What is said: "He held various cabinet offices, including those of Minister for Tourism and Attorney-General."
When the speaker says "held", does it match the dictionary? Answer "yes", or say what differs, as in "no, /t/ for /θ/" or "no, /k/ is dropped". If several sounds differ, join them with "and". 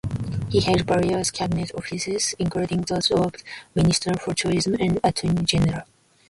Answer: no, /l/ is dropped